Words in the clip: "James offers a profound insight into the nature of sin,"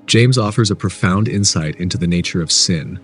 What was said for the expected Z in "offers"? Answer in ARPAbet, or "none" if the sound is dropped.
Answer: Z